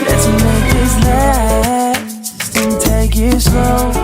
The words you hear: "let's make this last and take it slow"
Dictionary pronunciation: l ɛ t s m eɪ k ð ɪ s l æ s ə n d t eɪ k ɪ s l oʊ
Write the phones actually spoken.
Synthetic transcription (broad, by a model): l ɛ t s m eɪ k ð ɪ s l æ ə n t eɪ k ɪ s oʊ